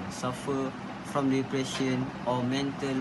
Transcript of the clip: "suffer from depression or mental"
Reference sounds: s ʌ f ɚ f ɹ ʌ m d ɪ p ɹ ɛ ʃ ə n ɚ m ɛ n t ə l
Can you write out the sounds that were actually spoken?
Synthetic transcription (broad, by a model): s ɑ f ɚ f ɹ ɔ m d ɪ p ɹ ɛ ʃ ə n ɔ m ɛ n t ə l